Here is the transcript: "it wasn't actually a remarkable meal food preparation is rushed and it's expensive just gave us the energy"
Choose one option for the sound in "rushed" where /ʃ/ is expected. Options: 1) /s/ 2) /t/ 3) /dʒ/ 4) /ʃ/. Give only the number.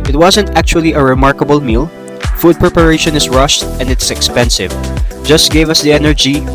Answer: 4